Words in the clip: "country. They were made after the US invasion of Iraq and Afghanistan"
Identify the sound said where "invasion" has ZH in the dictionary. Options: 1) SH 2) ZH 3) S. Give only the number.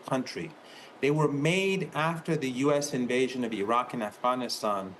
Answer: 2